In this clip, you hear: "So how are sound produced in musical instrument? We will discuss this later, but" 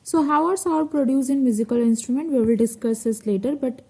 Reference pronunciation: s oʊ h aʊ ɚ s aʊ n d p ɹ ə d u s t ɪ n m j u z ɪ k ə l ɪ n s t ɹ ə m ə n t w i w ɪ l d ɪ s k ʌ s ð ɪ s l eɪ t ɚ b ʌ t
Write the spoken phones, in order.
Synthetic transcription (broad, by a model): s oʊ h aʊ ɚ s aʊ d p ɹ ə d u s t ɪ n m j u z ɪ k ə l ɪ n s t ɹ ə m ə n t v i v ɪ l d ɪ s k ʌ s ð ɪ s l eɪ t ɚ b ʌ t